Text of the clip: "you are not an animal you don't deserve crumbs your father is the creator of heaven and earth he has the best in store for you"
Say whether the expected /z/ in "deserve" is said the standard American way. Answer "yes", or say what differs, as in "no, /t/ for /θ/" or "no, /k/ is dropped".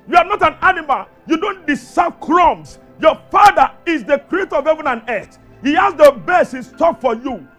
no, /s/ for /z/